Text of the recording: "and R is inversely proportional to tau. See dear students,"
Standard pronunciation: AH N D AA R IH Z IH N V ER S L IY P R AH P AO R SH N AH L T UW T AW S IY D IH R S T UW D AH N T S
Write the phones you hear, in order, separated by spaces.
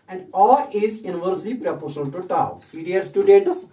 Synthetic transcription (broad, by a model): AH N D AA L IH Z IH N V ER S L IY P R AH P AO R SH AH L T UW T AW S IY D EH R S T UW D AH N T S